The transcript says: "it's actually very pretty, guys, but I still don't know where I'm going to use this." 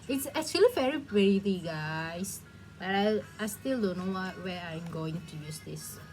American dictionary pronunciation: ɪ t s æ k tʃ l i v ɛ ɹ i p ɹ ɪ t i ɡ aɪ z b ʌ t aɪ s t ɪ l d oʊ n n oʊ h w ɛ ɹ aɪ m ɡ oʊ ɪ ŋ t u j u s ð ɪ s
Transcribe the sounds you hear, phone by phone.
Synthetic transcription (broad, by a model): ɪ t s æ k tʃ l i v ɛ ɹ i b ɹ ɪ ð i ɡ aɪ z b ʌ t aɪ s t ɪ l d oʊ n n oʊ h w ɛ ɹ aɪ m ɡ oʊ ɪ ŋ t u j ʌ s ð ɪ s